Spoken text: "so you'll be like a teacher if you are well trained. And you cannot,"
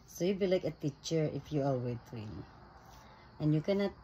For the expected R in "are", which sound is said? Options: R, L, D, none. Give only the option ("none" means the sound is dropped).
L